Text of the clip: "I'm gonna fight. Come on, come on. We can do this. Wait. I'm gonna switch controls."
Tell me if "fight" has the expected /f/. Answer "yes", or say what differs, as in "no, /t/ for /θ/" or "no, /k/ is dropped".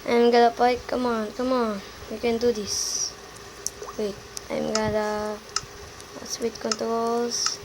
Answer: no, /p/ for /f/